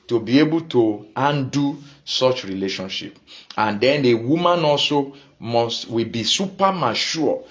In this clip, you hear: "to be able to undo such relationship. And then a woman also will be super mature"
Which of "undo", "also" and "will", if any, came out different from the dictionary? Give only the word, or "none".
will